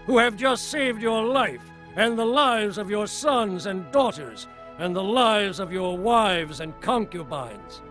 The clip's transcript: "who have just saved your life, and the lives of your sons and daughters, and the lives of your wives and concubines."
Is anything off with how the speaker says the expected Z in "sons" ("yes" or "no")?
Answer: no